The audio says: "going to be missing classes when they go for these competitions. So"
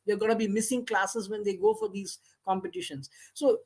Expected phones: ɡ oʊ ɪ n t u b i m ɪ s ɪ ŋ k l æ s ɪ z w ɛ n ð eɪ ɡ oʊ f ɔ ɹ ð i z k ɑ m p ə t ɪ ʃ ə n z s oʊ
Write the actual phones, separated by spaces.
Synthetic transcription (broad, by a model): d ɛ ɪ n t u b i m ɪ s ɪ ŋ k l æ s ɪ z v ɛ n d eɪ ɡ oʊ f ɔ ɹ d i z k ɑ m p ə t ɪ ʃ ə n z s oʊ